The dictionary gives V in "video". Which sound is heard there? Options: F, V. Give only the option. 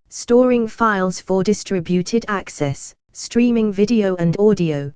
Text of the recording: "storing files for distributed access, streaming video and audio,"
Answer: V